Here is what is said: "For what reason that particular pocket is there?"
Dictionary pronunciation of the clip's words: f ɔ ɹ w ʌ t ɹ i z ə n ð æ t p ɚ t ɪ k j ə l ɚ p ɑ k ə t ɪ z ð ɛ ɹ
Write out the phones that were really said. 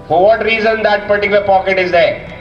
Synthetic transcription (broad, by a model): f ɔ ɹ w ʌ t ɹ i z ə n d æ t p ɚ t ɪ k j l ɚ p ɑ k ə t ɪ z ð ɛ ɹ